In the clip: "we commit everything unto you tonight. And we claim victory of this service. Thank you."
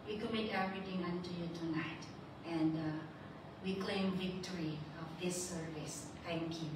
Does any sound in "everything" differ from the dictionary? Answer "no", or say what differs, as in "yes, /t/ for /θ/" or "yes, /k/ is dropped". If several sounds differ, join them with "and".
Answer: yes, /t/ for /θ/